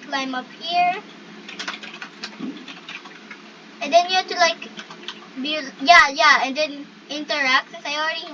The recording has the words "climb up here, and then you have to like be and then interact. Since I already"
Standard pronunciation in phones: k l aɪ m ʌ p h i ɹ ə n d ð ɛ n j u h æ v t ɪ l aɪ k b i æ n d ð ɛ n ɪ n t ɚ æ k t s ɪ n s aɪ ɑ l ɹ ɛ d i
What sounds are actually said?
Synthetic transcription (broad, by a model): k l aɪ m ʌ p h i ɹ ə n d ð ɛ n j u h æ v t ɪ l aɪ k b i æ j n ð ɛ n ɪ n t ɚ æ k t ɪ s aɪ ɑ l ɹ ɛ d i